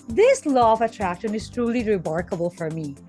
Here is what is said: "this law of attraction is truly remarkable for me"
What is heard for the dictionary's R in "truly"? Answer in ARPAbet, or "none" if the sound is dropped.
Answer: R